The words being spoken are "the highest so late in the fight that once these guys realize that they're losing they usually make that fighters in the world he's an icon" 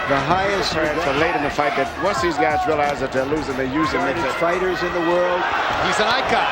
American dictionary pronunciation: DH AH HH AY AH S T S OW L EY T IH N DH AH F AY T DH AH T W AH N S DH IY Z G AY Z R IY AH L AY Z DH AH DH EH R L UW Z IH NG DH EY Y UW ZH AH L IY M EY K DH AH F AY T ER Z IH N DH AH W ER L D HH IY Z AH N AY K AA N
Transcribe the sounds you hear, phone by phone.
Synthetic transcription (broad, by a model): DH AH HH AY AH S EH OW L EY T IH N DH AH F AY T DH AH T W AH S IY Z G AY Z R IY AH L AY Z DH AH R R L UW Z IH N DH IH Y UW Z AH N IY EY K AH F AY T ER Z IH N DH AH W ER L D HH IY Z AH N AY K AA